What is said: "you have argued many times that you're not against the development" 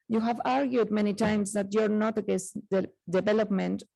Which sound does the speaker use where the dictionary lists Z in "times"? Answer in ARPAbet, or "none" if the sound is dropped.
S